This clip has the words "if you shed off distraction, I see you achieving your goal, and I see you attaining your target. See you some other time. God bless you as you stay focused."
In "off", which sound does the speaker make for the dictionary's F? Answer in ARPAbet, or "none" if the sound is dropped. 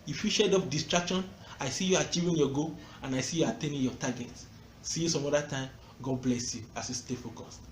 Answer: P